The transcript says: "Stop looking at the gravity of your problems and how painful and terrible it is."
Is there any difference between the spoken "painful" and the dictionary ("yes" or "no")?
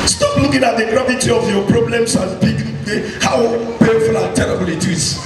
yes